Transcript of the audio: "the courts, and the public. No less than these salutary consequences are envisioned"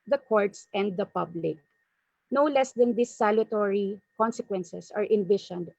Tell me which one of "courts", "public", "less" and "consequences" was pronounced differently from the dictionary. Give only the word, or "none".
consequences